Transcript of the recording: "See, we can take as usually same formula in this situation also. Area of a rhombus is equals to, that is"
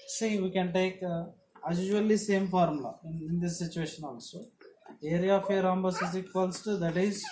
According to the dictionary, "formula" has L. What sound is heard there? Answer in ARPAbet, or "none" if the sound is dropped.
none